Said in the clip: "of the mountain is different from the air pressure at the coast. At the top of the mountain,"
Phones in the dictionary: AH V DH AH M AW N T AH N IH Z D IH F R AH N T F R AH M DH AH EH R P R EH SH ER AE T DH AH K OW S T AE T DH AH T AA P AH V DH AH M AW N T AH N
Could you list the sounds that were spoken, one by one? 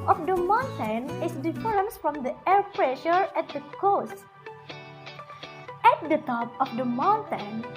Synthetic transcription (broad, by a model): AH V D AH M AW N T AH N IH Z D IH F AH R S F R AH M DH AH EH R P R EH SH ER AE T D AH K OW S T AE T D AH T AA P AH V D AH M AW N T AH N